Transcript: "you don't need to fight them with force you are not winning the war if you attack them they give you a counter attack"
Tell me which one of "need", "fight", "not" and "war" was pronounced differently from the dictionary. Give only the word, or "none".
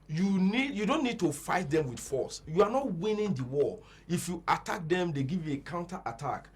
war